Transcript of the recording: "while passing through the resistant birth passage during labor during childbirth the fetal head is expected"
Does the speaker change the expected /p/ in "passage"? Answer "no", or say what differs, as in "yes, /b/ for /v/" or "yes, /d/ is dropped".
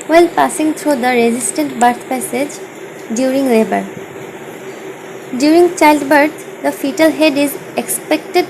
no